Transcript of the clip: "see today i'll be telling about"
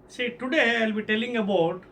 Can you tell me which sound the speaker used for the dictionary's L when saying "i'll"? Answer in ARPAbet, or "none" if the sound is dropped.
L